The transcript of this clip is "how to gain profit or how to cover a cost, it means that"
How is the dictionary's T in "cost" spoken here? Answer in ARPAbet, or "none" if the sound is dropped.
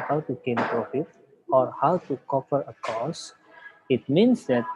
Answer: none